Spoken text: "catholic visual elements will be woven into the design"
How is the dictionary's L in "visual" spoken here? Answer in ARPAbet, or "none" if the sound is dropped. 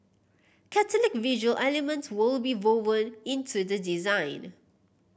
L